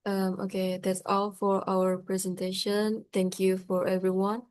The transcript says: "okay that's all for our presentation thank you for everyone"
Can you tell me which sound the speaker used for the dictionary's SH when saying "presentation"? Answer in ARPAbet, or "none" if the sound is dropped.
SH